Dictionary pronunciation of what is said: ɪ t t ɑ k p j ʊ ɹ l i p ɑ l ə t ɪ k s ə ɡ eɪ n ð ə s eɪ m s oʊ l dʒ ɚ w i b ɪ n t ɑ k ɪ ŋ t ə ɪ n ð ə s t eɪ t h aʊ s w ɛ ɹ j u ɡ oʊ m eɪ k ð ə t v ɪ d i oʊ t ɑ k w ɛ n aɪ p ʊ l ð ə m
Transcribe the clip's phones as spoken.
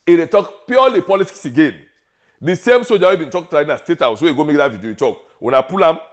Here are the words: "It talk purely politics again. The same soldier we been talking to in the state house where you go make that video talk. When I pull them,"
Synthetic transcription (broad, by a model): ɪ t t ɑ k p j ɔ l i p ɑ l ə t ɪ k s ə ɡ eɪ n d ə s eɪ m s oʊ dʒ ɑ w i b ɪ n t ɑ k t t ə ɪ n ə s t eɪ t h aʊ s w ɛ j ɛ ɡ oʊ m eɪ k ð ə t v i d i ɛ t ɑ k w ɛ n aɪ p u l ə m